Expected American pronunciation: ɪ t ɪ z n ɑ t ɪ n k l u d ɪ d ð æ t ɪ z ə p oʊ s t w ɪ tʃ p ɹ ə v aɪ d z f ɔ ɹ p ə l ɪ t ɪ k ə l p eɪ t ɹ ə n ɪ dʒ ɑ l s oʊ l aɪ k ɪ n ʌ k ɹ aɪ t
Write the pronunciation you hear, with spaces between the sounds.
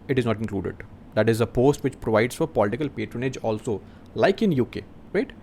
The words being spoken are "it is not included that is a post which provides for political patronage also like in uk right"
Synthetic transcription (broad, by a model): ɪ t ɪ z n ɑ t ɪ n k l u d ɪ d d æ t ɪ z ə p oʊ s t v ɪ tʃ p ɹ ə v aɪ d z f ɔ ɹ p ə l ɪ t ɪ k ə l p eɪ t ɹ ə n ɪ dʒ ɑ l s oʊ l aɪ k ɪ n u k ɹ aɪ t